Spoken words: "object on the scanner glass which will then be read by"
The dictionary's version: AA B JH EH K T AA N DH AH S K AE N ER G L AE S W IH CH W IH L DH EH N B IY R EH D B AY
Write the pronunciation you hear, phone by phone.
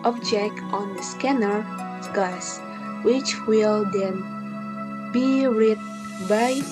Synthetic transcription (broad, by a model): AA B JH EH K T AA N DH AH S K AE N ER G AA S W IH CH W IH L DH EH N B IY R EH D B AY